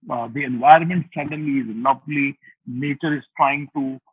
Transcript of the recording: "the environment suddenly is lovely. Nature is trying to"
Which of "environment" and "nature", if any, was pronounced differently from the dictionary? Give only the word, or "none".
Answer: none